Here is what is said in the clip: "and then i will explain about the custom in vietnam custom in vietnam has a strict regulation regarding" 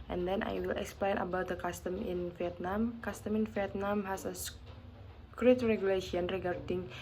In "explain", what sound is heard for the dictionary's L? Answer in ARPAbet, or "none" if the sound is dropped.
L